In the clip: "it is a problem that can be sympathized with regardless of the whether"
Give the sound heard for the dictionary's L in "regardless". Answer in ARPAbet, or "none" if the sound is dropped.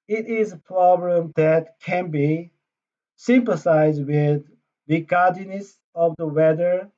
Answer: N